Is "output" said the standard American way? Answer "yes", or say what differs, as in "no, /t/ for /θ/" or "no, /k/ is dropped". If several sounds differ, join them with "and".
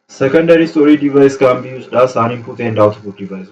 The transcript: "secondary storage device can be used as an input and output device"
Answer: no, /b/ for /p/